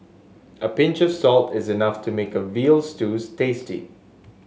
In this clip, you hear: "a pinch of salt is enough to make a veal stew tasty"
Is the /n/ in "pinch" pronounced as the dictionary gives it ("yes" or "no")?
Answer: yes